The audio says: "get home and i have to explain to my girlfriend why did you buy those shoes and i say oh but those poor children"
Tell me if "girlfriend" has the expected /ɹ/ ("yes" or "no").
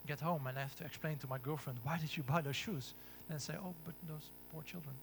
yes